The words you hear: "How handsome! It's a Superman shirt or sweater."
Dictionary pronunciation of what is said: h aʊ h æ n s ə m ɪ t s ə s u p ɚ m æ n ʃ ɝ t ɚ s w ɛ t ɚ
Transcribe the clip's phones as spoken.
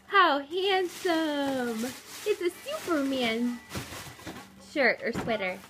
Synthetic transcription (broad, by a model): h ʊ h æ n s ə m ɪ t s ə s u p ɚ m æ n ʃ ɝ t ɚ s w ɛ t ɚ